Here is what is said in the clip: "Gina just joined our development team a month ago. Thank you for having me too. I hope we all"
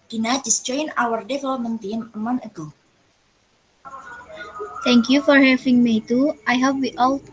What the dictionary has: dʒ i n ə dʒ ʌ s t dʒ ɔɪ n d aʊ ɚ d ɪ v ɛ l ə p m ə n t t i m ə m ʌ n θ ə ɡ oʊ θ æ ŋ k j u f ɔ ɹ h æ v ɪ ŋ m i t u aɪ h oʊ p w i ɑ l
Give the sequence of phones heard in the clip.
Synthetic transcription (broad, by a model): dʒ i n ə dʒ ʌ s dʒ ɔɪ n aʊ ɚ d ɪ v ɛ l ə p m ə n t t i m ə m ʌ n ə ɡ oʊ t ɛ ŋ k j u f ɔ ɹ h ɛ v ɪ ŋ m i t u aɪ h oʊ p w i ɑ l